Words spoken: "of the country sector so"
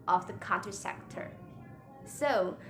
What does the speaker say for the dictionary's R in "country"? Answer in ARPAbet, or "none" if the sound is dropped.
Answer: none